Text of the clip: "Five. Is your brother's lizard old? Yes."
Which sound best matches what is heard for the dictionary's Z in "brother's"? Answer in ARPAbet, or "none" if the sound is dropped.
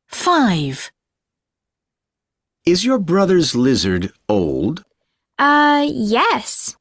Z